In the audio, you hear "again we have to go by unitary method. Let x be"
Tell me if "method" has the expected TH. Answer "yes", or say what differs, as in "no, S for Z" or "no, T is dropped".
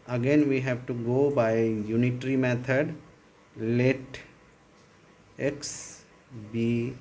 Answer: no, T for TH